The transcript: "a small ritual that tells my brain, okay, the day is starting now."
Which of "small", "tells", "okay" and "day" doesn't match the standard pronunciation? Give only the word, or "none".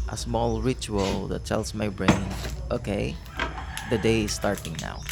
tells